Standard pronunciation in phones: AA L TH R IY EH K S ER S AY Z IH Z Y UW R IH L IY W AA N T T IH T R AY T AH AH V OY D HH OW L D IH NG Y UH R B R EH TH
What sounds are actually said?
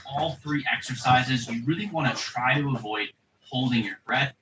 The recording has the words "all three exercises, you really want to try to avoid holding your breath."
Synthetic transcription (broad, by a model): AA L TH R IY EH K S ER S AY Z IH Z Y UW R IH L IY W AA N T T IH T R AY T AH AH V OY D HH OW L D IH NG Y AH R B R EH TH